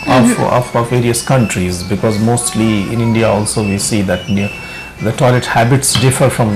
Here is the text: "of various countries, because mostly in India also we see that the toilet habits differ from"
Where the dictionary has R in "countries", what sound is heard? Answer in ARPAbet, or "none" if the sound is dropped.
R